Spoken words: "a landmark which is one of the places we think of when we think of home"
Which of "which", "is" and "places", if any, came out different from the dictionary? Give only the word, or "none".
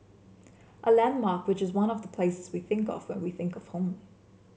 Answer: none